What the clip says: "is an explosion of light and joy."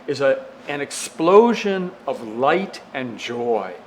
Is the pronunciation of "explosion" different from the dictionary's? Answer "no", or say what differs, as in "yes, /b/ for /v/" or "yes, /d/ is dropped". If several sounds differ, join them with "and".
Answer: no